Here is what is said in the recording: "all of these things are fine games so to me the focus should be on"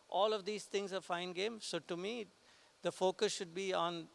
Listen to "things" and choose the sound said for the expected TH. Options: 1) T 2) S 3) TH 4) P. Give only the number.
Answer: 1